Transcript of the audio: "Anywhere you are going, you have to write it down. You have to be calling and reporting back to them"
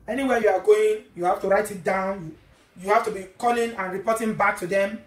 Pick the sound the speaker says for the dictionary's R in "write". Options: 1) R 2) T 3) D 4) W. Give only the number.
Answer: 1